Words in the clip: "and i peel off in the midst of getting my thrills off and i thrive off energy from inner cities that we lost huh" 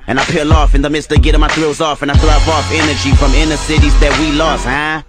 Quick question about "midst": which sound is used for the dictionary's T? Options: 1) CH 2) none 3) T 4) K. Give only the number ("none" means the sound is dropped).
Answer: 3